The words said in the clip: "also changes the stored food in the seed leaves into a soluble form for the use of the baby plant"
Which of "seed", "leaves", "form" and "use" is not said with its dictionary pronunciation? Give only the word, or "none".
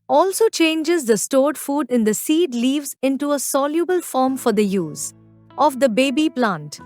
none